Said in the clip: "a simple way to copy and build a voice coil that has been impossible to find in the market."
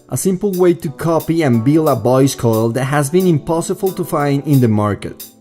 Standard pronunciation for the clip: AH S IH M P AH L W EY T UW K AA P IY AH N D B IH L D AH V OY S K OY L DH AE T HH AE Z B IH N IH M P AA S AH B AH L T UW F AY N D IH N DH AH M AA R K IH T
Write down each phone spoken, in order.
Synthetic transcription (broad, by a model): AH S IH M P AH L W EY T UW K AA P IY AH N B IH L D AH B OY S K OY L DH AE T HH AE Z B IH N IH M P AA S AH B AH L T UW F AY N D IH N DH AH M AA R K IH T